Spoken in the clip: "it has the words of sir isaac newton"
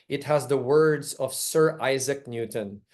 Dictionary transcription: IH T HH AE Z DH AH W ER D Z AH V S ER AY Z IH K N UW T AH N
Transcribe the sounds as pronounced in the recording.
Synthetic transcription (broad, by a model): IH T HH AE Z DH AH W ER D Z AH V S ER AY Z IH K N UW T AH N